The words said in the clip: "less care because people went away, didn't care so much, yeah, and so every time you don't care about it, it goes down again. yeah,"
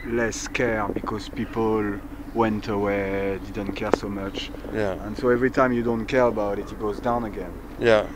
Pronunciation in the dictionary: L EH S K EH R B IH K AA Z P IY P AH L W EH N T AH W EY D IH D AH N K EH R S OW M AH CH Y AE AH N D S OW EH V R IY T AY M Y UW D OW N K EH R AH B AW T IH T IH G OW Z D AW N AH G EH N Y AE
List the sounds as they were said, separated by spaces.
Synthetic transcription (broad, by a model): L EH S K EH R B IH K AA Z P IY P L L W EH N T AH W EY D IH D AH N K EH R S OW M AH CH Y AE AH N S OW EH V R IY T AY M Y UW D OW N K EH R AH B AW T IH T IH G OW Z D AW N AH G EH N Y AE